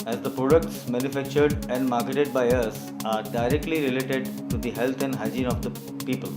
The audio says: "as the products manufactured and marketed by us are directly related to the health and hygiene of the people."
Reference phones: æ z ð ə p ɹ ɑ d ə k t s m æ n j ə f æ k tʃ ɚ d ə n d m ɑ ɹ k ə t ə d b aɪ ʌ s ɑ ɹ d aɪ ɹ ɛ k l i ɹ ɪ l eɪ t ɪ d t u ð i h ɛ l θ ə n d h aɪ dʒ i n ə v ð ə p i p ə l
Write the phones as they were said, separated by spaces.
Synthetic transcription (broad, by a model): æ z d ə p ɹ ɑ d ə k t s m æ n j ə f æ k tʃ ɚ d ə n d m ɑ ɹ k ə t ə d b aɪ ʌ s ɑ ɹ d aɪ ɹ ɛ k l i ɹ ɪ l eɪ t ɪ d t u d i h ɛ l t ə n d h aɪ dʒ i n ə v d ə p i p ə l